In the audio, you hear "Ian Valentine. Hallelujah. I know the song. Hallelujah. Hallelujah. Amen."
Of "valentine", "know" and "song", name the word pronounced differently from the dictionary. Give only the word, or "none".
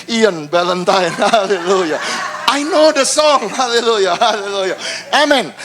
valentine